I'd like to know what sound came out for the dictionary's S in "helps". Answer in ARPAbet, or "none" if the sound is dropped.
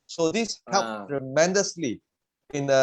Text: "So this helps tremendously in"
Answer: none